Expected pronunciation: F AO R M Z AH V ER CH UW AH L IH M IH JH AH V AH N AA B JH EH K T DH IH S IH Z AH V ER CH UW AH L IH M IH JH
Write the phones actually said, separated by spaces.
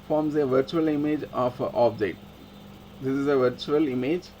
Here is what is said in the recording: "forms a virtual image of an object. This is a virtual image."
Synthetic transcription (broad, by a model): F AO R M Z AH V ER CH UW AH L IH M IH JH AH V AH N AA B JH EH T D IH S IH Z AH V ER CH UW AH L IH M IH JH